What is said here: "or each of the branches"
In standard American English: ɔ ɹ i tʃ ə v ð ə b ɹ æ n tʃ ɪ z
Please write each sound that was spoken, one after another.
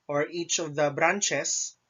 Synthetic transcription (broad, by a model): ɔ ɹ i tʃ ə v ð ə b ɹ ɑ n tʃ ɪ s